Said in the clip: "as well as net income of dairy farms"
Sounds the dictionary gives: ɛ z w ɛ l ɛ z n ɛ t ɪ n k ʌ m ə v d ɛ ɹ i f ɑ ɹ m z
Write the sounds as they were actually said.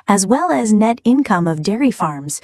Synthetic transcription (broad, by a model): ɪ z w ɛ l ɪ z n ɛ t ɪ n k ʌ m ə v d ɛ ɹ i f ɑ ɹ m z